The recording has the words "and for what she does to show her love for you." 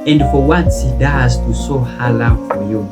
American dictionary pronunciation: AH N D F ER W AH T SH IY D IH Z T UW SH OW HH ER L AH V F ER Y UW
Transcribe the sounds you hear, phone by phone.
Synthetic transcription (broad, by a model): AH N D F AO W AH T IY D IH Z T UW S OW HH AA L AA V F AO Y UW